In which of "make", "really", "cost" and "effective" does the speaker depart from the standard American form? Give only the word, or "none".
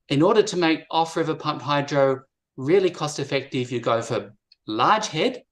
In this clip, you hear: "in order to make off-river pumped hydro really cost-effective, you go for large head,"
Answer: none